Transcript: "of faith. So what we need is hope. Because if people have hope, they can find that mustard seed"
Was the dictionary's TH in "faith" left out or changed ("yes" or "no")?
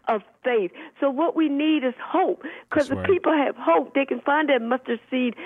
no